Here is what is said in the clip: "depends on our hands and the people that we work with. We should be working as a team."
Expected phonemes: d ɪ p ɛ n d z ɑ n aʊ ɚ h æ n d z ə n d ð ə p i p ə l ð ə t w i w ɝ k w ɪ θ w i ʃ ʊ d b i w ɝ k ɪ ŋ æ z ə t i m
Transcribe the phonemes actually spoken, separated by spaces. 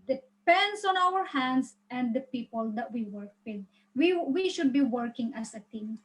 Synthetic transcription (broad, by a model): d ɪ p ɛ n d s ɑ n aʊ ɚ h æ n d s ə n d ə p i p ə l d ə t w i w ɝ k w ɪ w w i ʃ ʊ d b i w ɝ k ɪ ŋ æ s ə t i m